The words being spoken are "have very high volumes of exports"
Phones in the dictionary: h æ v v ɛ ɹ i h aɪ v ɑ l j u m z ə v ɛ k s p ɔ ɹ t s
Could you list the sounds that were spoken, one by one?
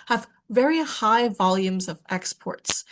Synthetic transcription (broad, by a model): h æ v v ɛ ɹ i h aɪ v ɑ l j u m z ə v ɛ k s p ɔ ɹ t s